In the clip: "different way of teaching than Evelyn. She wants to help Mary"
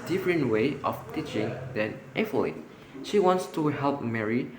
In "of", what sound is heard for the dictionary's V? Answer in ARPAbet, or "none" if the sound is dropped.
P